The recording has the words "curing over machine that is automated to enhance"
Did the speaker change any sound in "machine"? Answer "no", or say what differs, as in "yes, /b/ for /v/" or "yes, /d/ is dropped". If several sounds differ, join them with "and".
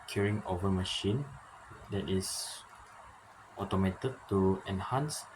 no